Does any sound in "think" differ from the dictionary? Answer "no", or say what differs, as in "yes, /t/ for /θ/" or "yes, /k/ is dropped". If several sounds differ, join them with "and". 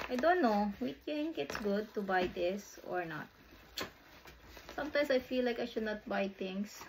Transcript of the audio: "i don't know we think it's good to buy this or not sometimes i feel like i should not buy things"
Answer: yes, /t/ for /θ/